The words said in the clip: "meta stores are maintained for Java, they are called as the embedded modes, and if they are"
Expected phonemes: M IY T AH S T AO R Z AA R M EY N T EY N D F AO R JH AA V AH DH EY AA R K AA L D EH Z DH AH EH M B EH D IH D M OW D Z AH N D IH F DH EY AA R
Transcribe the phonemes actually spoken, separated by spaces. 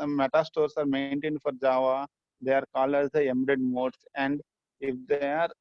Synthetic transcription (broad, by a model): M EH T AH S T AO R S AA R M EY N T EY N D F AO R JH AA V AH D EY AA R K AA L AH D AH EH M EH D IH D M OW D S AH N D IH F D EY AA R